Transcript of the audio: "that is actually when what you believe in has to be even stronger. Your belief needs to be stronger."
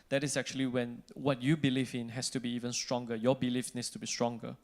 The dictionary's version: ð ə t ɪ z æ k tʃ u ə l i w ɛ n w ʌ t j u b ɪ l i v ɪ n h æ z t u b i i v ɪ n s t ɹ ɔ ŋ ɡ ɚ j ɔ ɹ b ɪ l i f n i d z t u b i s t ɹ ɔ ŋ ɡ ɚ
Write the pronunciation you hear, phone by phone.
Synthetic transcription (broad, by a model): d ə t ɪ s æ k tʃ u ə l i w ɛ n w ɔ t j u b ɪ l i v ɪ n h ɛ s t u b i i v ɪ n s t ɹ ɔ ŋ ɡ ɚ j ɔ b ɪ l i f n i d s t u b i s t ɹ ɔ ŋ ɡ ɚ